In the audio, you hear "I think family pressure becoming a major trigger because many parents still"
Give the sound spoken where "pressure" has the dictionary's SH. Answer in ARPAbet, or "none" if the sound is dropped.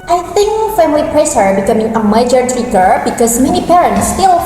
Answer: S